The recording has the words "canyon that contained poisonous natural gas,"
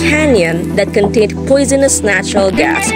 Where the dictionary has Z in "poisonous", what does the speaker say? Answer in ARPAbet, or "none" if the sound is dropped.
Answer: Z